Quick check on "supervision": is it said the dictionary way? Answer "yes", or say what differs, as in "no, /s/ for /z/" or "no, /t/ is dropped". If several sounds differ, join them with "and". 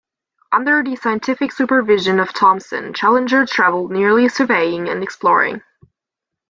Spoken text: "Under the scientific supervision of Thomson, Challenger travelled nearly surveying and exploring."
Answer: yes